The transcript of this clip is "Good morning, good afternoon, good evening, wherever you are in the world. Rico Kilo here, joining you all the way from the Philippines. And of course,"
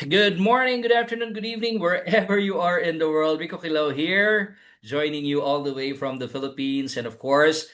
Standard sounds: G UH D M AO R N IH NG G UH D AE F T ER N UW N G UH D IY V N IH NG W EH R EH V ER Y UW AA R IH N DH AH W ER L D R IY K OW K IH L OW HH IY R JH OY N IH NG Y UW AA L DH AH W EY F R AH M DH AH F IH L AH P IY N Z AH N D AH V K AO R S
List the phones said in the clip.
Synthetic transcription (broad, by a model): G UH D M AO R N IH NG G UH D AE F T ER N UW N G UH D IY V N IH NG W EH R EH V ER Y UW AA R IH N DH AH W ER L D W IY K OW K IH L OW HH IY R JH OY N IH NG Y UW AA L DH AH W EY F R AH M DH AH F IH L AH P IY N S AH N D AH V K AO R S